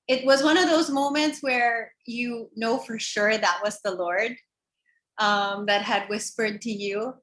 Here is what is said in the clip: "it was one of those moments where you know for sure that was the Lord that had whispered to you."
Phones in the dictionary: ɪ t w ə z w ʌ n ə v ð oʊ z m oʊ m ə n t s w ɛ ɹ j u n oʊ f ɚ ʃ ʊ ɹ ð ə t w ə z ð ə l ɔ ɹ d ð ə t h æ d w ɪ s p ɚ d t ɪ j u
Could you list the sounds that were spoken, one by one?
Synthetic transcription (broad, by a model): ɪ t w ə z w ʌ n ə v ð oʊ z m oʊ m ə n t s w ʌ ɹ j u n oʊ f ɚ ʃ ʊ ɹ ð ə t w ə z ð ə l ɔ ɹ d ð ə t h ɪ d w ɪ s p ɚ d t ɪ j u